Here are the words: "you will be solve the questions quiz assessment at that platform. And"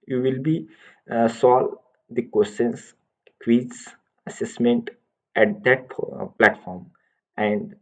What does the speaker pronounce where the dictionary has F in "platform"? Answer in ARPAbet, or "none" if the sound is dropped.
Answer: F